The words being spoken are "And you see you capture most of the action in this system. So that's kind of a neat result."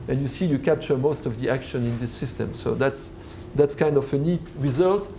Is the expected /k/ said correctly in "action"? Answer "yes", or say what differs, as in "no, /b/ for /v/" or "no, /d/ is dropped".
yes